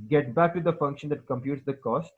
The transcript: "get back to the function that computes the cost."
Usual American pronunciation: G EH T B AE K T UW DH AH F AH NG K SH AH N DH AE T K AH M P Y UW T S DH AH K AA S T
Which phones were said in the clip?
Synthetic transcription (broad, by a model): G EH T B AE K T UW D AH F AH NG K SH AH N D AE T K AH M P Y UW T S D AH K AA S T